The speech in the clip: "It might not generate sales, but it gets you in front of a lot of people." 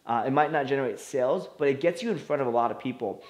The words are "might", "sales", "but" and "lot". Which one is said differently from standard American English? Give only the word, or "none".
none